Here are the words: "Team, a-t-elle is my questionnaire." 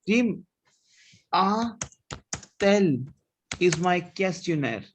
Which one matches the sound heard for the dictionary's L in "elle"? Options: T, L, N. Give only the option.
L